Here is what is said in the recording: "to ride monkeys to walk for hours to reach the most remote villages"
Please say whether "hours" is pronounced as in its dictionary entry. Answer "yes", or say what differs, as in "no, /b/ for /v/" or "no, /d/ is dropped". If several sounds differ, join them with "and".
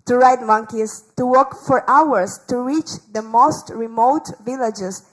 no, /s/ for /z/